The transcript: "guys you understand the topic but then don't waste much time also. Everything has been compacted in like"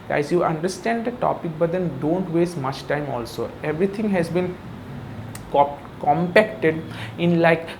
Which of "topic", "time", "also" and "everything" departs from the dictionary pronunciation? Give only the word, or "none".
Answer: everything